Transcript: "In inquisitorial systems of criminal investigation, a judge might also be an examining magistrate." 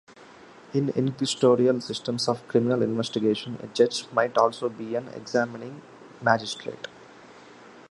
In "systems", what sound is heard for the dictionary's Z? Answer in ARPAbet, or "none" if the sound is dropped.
S